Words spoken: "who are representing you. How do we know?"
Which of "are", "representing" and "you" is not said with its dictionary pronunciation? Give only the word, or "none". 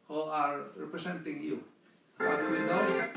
representing